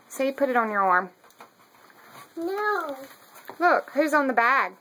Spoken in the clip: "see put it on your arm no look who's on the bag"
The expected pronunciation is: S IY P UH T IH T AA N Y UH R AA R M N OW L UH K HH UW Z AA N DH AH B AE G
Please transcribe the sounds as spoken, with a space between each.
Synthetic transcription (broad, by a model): S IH P UH T IH T N Y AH R AA R M N OW L UH K HH UW Z N DH AH B AE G